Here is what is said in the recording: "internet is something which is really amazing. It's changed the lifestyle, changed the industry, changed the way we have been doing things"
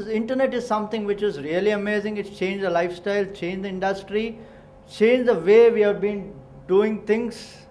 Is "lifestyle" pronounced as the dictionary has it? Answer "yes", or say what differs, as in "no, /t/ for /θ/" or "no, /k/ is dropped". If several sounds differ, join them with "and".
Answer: yes